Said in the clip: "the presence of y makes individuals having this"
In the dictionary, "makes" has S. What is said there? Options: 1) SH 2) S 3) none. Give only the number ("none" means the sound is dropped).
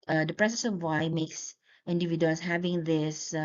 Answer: 2